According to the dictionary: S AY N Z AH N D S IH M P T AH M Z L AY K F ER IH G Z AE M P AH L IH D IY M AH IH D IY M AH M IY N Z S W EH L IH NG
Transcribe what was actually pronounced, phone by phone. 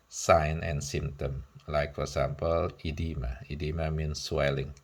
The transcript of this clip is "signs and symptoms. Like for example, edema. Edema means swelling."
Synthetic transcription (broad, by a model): S AY N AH N S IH M T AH M L AY K F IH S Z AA M P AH L IH D IY M AH IH D IY M AH M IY N S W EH L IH NG